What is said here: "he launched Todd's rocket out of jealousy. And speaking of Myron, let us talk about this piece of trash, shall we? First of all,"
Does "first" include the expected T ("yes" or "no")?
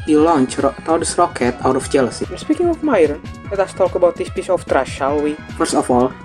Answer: no